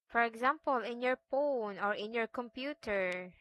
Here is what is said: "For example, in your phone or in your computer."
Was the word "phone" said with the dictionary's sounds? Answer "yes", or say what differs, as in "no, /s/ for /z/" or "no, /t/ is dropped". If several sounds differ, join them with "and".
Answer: no, /p/ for /f/